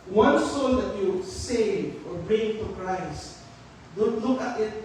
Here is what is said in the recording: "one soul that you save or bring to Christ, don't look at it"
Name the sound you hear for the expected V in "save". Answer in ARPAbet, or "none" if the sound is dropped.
none